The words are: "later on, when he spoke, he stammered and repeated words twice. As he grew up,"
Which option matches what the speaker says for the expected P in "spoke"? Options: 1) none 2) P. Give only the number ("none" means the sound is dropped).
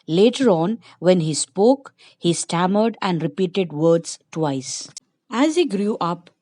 2